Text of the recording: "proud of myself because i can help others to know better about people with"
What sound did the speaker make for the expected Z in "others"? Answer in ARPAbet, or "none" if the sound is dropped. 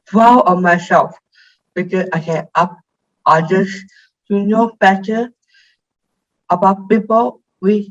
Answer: S